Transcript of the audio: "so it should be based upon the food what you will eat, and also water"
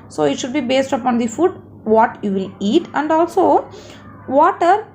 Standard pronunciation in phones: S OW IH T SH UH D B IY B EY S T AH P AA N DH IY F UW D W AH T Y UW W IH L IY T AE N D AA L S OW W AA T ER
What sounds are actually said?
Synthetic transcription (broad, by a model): S OW IH T SH UH D B IY B EY S T AH P AA N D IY F UW D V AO T Y UW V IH L IY T AE N D AA L S OW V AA T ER